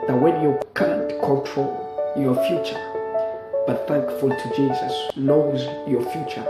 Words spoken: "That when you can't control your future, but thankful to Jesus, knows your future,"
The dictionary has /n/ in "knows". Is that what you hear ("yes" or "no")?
no